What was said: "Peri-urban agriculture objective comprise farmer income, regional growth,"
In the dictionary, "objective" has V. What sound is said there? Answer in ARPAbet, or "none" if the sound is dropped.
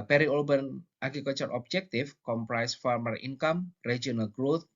F